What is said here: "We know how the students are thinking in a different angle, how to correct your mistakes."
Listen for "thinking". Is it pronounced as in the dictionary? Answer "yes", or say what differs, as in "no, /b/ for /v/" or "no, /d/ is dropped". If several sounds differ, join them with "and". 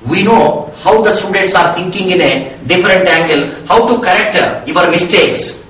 no, /t/ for /θ/